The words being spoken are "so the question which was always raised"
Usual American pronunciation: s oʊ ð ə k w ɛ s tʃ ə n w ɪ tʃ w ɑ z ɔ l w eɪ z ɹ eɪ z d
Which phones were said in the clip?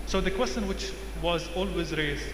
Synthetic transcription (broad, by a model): s oʊ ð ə k w ɛ s tʃ ə n w ɪ tʃ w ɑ z ɔ l w eɪ z ɹ eɪ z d